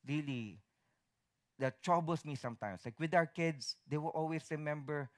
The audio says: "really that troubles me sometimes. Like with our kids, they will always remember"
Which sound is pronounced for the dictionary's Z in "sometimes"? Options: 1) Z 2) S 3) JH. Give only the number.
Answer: 2